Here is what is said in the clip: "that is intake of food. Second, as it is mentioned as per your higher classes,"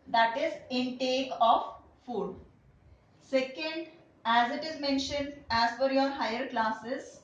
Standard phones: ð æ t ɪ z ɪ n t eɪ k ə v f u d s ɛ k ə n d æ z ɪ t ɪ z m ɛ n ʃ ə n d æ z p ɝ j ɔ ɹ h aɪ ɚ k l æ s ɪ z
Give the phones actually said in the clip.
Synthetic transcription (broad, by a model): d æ t ɪ z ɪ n t eɪ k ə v f u d s ɛ k ə n d æ z ɪ t ɪ z m ɛ n ʃ ə n d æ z f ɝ j ɔ ɹ h aɪ ɚ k l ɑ s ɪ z